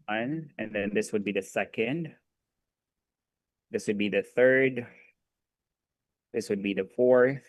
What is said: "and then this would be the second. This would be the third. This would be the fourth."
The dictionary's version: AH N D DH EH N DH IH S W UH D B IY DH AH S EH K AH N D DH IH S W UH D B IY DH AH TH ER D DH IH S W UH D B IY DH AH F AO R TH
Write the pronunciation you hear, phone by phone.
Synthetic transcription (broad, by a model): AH N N DH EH N DH IH S W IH D B IY DH AH S EH K AH N D DH IH S W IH D B IY DH AH TH ER D DH IH S W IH D B IY DH AH F AO R TH